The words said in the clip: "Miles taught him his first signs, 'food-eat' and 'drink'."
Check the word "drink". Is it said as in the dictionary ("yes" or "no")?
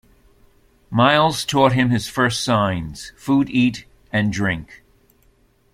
yes